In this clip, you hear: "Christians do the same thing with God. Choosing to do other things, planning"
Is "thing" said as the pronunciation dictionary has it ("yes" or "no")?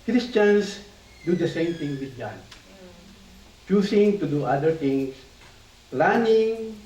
no